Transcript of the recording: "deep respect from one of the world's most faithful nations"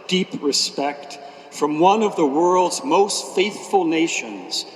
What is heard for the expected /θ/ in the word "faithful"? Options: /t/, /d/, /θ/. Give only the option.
/θ/